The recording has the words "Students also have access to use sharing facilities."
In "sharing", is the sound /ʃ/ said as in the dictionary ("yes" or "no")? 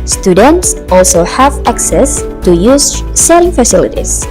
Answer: no